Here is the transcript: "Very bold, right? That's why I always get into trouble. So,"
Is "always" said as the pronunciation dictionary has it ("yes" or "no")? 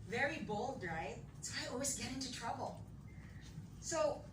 yes